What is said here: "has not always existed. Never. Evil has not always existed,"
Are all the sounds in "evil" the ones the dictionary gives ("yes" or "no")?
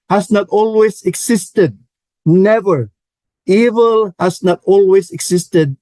yes